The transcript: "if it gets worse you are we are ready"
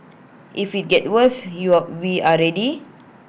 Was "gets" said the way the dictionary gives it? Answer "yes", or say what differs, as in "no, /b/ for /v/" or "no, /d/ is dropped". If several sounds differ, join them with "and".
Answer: no, /s/ is dropped